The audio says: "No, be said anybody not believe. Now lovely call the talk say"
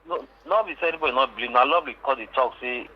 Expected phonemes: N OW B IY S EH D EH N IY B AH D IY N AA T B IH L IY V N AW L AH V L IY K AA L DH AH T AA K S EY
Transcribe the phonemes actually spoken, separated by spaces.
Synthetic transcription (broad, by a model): N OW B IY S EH EH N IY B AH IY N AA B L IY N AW L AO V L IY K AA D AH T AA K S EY